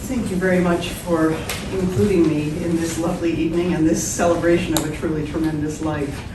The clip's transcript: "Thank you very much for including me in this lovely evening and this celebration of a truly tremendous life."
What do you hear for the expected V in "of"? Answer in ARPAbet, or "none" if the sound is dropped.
V